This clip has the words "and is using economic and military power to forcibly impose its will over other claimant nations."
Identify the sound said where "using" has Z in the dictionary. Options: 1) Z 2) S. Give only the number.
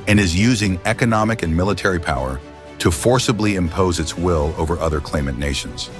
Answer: 1